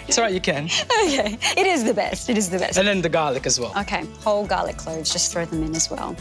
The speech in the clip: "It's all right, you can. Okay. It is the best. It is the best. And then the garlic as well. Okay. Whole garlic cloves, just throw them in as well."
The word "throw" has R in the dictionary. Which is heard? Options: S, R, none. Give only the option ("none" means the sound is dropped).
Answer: R